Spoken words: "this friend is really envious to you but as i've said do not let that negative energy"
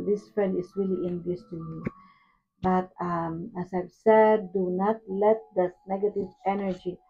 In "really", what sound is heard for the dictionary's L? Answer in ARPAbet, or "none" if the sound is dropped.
L